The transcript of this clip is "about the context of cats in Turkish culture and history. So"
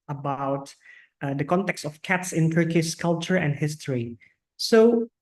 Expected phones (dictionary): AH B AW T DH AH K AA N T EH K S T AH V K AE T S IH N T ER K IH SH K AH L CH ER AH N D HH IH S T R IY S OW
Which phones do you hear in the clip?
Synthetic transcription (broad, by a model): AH B AW T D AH K AA N T EH K S T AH F K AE T S IH N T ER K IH S K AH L CH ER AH N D HH IH S T R IY S OW